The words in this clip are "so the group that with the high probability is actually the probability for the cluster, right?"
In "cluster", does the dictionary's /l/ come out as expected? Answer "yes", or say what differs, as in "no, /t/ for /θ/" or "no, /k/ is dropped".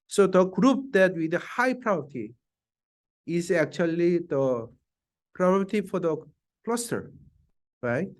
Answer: yes